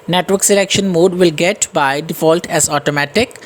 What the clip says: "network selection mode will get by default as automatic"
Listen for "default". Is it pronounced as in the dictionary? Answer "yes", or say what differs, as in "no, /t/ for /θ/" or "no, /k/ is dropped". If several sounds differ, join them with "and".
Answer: yes